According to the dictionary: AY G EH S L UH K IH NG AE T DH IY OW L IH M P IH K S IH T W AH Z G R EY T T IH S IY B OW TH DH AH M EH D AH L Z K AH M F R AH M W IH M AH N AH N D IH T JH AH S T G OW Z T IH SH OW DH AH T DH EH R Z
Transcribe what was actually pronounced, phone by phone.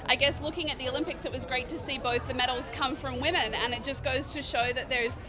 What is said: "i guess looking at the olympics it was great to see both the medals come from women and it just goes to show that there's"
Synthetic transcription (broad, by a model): AY G EH S L UH K IH NG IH T DH IY OW L IH M P IH K S IH T W AH Z G R EY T T IH S IY B OW TH DH AH M EH D L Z K AH M F R AH M W IH M AH N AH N IH T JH AH S G OW Z T IH SH OW DH AH T DH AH R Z